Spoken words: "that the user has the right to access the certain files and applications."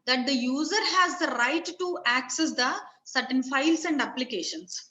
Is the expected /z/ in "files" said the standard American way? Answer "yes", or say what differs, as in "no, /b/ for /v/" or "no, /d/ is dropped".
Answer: no, /s/ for /z/